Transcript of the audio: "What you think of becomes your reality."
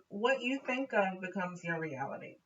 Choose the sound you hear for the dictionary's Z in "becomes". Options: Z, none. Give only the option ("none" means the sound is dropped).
Z